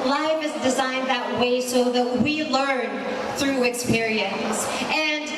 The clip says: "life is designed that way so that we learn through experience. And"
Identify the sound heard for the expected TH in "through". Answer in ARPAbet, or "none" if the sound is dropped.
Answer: TH